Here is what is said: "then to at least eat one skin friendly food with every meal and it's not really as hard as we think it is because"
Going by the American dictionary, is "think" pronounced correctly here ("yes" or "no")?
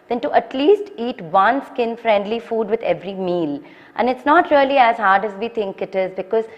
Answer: no